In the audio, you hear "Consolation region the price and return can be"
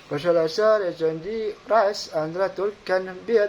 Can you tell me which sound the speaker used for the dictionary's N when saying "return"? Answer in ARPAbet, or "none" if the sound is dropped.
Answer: L